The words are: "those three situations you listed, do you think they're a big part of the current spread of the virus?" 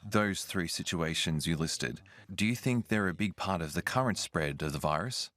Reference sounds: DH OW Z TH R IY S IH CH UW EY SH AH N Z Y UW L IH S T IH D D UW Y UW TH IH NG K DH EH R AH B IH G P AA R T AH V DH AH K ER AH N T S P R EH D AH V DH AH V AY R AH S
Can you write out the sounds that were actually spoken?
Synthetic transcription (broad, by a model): DH OW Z TH R IY S IH CH UW EY SH AH N Z Y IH L IH S T IH D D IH Y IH TH IH NG K DH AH R AH B IH G P AA R T AH V DH AH K ER AH N T S P R EH D AH V DH AH V AY R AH S